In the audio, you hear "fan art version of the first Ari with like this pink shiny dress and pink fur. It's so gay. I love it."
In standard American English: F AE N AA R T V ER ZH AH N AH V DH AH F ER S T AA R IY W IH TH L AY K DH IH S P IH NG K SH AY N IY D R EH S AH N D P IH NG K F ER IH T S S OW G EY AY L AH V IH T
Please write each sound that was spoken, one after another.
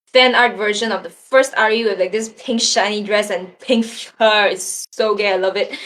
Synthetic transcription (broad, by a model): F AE N AA R T V ER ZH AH N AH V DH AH F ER S T AA R IY W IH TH L AY K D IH S P IH NG K SH AY N IY D R EH S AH N P IH NG K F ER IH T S S OW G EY AY L AH V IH T